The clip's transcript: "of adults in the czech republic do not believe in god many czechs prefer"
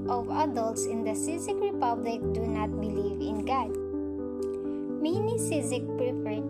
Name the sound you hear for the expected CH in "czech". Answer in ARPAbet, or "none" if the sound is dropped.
S